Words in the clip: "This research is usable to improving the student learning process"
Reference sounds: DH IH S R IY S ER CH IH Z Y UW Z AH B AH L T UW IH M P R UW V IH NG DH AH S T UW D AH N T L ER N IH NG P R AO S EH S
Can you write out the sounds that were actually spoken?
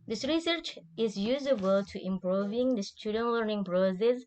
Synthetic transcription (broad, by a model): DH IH S R IY S ER CH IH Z Y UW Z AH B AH L T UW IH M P R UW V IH NG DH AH S T UW D AH N T L ER N IH NG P R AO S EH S